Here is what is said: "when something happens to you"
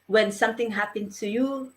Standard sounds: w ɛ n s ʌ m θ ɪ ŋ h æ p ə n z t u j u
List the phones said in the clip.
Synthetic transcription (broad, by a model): w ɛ n s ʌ m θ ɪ ŋ h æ p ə n t u j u